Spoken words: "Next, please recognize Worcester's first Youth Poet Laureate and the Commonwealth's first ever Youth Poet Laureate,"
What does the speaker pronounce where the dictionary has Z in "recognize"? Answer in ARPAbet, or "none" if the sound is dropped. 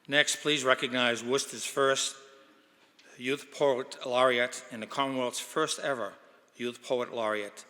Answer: Z